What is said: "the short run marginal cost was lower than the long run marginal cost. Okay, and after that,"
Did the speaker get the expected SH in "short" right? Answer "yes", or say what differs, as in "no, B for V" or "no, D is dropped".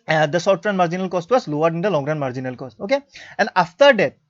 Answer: no, S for SH